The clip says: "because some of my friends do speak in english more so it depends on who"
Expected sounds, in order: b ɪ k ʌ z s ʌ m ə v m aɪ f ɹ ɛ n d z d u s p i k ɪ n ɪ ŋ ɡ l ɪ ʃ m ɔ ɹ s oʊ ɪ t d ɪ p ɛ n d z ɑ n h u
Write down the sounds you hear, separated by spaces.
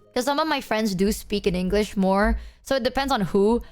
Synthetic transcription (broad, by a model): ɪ k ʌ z s ʌ m ə v m aɪ f ɹ ɛ n d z d u s p i k ɪ n ɪ ŋ ɡ l ɪ ʃ m ɔ ɹ s oʊ ɪ t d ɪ p ɛ n d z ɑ n h u